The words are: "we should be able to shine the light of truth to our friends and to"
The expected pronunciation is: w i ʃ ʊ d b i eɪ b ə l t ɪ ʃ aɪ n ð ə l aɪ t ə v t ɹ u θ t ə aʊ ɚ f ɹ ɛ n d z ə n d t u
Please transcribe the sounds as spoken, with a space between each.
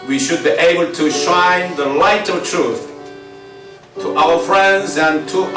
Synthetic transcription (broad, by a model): w i ʃ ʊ d b i eɪ b ə l t ɪ ʃ aɪ n ð ə l aɪ t ə v t ɹ u θ t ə aʊ ɚ f ɹ ɛ n d z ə n t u